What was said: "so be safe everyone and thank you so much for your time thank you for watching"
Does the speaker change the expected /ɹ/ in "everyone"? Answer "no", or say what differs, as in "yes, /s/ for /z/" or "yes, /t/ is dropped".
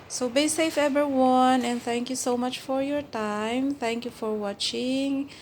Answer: yes, /ɹ/ is dropped